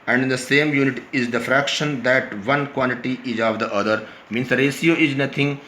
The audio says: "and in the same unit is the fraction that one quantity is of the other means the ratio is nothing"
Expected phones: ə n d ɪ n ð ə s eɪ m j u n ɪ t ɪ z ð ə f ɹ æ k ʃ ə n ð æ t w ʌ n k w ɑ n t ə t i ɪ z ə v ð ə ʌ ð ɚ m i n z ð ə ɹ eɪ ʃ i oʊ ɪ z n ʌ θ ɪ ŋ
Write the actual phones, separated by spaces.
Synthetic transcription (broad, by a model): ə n d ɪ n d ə s eɪ m j u n ɪ t ɪ z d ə f ɹ æ k ʃ ə n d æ t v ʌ n k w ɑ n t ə t i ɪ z ə v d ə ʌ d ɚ m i n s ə ɹ eɪ s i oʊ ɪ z n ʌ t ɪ ŋ